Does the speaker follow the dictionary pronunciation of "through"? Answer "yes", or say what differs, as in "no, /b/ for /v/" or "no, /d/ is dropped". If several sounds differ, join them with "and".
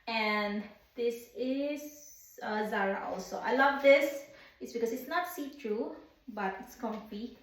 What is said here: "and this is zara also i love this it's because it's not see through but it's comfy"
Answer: no, /t/ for /θ/